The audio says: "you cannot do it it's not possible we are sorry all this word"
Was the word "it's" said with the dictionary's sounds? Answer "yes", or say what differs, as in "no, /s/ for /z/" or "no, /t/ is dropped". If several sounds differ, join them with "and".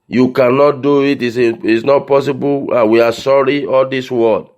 no, /s/ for /t/